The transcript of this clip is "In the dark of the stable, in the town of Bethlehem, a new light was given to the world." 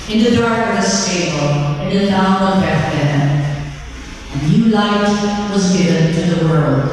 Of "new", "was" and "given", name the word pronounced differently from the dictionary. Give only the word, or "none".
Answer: none